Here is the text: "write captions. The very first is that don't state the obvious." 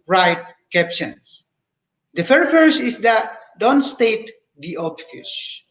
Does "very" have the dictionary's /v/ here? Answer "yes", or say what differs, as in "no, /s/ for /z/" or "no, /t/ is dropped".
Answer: no, /f/ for /v/